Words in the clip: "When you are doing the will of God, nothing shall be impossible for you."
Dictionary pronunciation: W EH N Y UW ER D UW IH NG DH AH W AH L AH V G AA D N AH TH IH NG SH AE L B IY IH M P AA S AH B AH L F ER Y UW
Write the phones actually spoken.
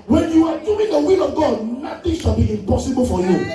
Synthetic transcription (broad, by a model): W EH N Y UW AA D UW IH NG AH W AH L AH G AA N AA T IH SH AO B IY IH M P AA S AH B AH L F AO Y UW